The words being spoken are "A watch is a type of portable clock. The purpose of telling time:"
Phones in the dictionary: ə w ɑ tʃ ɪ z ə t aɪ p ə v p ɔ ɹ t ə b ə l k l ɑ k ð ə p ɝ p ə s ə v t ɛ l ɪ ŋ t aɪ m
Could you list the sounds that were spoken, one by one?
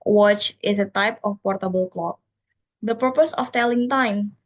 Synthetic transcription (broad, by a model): w ɑ tʃ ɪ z ə t aɪ p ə f p ɔ ɹ t ə b ə l k l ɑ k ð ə p ɝ p ə s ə f t ɛ l ɪ ŋ t aɪ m